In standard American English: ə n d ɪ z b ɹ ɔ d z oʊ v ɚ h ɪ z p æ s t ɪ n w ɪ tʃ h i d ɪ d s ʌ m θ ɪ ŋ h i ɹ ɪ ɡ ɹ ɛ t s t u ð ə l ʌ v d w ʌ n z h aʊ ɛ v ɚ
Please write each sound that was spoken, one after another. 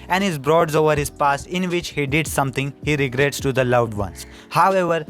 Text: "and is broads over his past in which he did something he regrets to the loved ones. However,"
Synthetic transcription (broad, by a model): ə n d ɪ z b ɹ ɔ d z oʊ v ɚ h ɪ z p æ s ɪ n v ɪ tʃ h i d ɪ d s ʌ m t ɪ ŋ h i ɹ ɪ ɡ ɹ ɛ t s t u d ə l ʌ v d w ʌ n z h aʊ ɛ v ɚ